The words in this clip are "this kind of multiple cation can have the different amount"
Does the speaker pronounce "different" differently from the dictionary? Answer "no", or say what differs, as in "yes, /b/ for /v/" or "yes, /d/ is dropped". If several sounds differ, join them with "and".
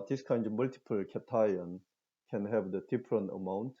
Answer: yes, /p/ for /f/ and /t/ is dropped